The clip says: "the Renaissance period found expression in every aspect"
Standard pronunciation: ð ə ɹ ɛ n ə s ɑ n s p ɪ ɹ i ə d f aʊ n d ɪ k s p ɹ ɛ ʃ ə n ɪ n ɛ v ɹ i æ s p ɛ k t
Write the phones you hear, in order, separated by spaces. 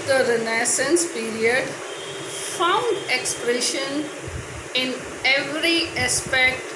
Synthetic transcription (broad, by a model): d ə ɹ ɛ n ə s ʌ n s p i ɹ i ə d f aʊ n d ɪ k s p ɹ ɛ ʃ ə n ɪ n ɛ v ɹ i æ s p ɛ k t